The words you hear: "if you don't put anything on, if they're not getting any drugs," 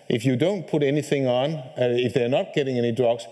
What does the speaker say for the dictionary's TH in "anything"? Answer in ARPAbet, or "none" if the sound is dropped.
TH